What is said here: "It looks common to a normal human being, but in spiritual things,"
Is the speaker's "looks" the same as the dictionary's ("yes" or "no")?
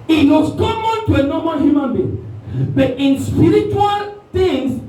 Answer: no